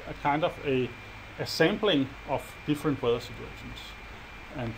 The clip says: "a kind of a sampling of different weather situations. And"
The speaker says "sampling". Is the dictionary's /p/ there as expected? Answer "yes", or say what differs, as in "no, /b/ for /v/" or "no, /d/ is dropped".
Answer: no, /b/ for /p/